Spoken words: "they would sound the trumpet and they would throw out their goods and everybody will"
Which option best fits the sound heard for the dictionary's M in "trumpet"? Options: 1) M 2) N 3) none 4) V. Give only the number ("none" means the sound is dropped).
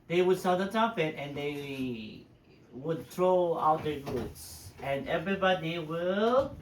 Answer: 3